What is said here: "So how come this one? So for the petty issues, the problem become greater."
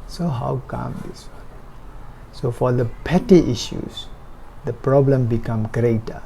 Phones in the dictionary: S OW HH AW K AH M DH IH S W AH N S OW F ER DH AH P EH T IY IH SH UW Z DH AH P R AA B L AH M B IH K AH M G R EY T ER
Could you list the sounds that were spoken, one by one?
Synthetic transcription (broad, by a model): S OW HH AW K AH M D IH S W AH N S OW F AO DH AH P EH T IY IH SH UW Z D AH P R AA B L AH M B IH K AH M G R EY T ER